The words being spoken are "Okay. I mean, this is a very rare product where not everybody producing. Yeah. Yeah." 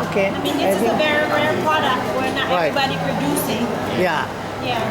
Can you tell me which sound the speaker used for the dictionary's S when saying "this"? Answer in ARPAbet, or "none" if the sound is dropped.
none